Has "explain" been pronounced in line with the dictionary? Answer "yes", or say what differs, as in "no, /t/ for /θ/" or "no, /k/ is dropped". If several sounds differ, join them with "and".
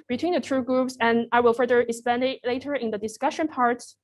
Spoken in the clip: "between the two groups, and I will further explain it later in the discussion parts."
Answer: no, /l/ is dropped